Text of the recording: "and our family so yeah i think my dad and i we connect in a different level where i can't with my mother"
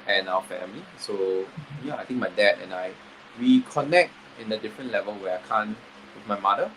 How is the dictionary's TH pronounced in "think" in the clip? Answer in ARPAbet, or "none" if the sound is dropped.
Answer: T